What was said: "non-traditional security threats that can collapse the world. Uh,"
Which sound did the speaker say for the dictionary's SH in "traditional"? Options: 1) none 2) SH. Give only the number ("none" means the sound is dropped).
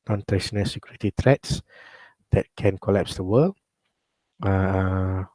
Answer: 1